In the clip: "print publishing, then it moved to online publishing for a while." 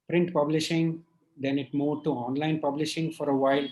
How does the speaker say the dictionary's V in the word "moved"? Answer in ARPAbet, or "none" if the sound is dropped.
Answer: none